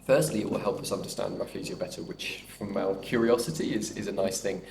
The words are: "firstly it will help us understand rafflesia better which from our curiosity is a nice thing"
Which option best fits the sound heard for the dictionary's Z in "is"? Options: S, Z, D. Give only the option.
Z